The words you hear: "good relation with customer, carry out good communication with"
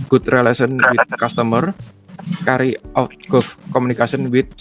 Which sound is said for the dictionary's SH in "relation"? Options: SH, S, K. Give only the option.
S